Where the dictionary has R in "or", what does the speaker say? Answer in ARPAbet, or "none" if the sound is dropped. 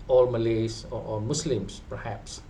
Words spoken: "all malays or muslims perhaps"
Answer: L